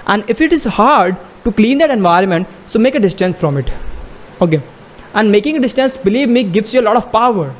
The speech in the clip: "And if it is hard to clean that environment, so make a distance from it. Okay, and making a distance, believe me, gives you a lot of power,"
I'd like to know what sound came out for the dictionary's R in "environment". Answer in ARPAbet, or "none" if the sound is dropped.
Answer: R